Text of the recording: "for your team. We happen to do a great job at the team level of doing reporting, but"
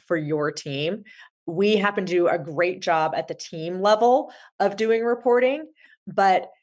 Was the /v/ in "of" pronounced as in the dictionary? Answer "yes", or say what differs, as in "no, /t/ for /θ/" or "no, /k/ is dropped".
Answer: yes